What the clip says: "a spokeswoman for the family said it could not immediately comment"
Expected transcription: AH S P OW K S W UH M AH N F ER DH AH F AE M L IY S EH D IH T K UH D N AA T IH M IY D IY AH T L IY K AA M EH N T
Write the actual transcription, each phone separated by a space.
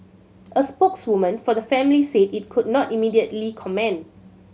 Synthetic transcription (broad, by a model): AH S P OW K S W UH M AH N F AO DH AH F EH M L IY S EH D IH T K UH D N AA T IH M IY D IY AH T L IY K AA M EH N